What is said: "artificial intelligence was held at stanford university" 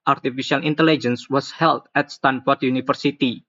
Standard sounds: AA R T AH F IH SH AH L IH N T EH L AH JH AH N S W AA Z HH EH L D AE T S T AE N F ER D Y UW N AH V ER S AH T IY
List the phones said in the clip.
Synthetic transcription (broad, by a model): AA R T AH F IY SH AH L IH N T EH L AH JH AH N S W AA S HH EH L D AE T S T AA N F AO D Y UW N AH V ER S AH T IY